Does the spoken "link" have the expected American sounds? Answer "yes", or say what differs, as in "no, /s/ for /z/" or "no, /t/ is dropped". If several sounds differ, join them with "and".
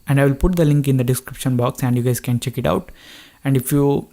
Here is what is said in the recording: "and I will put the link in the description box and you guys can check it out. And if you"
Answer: yes